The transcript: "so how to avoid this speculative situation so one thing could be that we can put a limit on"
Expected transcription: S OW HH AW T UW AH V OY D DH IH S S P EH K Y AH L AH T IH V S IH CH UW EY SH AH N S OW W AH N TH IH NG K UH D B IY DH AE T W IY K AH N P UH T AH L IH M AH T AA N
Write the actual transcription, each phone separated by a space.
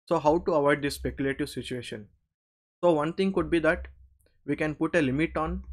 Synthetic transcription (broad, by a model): S OW HH AW T UW AH V OY D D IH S S P EH K Y AH L AH T IH V S IH CH UW EY SH AH N S OW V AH N T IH NG K UH D B IY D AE T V IY K AH N P UH T AH L IH M AH T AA N